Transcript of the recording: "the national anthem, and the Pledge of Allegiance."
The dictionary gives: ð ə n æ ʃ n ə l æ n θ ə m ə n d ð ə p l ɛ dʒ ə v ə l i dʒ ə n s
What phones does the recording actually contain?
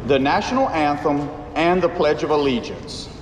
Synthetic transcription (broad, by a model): ð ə n æ ʃ n l æ n θ ə m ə n ð ə p l ɛ dʒ ə v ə l i dʒ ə n s